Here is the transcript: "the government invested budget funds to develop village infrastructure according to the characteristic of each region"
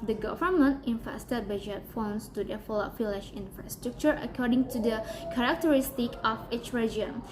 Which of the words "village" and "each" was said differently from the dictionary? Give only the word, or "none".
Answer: village